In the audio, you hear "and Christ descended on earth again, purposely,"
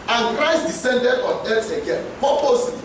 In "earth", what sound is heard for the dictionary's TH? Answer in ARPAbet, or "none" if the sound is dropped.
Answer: T